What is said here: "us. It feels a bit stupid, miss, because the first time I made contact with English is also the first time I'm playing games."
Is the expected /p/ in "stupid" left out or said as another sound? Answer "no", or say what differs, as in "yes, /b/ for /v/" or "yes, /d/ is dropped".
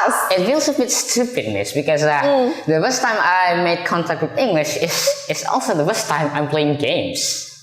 no